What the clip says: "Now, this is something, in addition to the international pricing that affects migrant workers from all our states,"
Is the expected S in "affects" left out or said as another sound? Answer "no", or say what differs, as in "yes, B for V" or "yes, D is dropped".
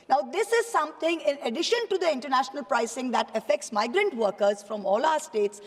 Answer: no